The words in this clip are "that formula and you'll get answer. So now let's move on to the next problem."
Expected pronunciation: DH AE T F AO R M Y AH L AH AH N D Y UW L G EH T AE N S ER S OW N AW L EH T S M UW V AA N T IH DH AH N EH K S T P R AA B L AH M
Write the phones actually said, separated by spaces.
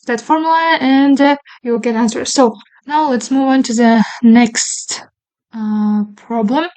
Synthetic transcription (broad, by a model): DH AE T F AO R M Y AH L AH AH N D Y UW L G EH T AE N S ER S OW N AW L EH T S M UW V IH N T IH DH AH N EH K S T P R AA B L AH M